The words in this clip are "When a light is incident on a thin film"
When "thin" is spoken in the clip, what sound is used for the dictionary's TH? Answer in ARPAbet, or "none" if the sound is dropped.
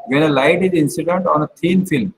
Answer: T